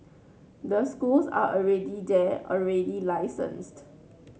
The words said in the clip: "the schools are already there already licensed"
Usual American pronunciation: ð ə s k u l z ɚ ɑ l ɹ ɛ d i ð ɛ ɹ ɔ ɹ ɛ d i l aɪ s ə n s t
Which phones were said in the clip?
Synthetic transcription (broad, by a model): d ə s k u l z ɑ ɑ l ɹ ɛ d i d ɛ ɔ ɹ ɛ d i l aɪ s ə n s t